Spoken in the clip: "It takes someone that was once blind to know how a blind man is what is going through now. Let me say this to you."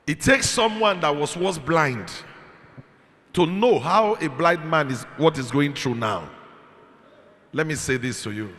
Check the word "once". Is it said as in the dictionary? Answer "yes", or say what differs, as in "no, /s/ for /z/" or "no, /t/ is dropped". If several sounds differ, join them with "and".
no, /n/ is dropped